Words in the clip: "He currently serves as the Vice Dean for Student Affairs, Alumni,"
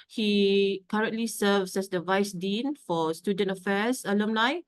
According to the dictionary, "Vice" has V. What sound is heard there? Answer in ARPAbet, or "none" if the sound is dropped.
V